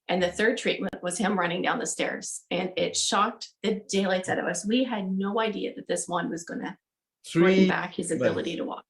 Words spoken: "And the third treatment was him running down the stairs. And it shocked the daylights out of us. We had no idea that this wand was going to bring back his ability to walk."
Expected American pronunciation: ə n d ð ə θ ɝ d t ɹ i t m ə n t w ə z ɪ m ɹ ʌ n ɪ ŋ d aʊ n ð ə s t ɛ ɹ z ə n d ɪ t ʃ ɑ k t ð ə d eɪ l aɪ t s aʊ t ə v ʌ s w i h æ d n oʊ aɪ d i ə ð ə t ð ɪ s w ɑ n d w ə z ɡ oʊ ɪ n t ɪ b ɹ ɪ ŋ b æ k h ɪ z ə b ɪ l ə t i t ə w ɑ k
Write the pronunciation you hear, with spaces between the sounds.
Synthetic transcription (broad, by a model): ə n ð ə θ ɝ d t ɹ i t m ə n t w ə z ɪ m ɹ ʌ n ɪ ŋ d aʊ n ð ə s t ɛ ɹ z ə n ɪ t ʃ ɑ k t ð ə d eɪ l aɪ t s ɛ t ə v ʌ s w i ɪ d n oʊ aɪ d i ə ð ə t ð ɪ s w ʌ n w ə z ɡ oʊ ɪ n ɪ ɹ ɹ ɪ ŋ b æ k h ɪ z ə b ɪ l ə t i t ə w ɑ k